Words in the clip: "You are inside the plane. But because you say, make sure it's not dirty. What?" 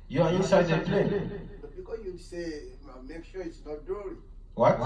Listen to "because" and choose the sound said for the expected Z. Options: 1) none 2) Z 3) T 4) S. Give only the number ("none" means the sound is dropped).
4